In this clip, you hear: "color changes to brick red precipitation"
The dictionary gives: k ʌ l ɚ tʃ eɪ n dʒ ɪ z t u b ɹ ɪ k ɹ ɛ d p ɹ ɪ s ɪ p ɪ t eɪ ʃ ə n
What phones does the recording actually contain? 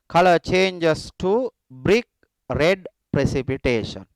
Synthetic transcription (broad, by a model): k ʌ l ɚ tʃ eɪ n dʒ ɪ s t u b ɹ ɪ k ɹ ɛ d p ɹ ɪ s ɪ p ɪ t eɪ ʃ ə n